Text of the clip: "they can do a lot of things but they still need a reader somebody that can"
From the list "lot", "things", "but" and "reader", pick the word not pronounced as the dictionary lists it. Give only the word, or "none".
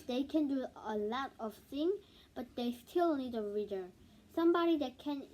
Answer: things